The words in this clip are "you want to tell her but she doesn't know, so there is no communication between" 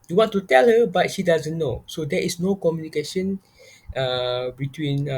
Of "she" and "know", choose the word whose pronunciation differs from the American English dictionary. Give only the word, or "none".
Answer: none